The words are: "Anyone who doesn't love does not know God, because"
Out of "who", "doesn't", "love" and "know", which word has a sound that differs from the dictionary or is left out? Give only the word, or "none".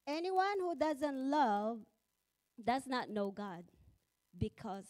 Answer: none